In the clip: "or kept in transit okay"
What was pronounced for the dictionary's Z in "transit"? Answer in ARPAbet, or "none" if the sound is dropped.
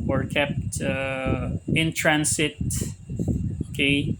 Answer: S